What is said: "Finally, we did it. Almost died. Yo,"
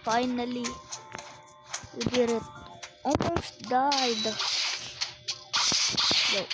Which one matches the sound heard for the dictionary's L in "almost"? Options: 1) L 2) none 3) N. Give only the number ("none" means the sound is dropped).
2